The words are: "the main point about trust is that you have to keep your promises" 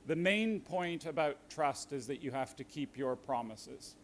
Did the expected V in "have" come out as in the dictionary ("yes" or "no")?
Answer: no